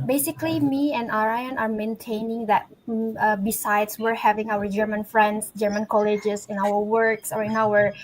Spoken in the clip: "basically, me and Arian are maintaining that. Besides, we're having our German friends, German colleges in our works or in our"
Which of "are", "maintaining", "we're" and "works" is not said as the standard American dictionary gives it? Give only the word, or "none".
none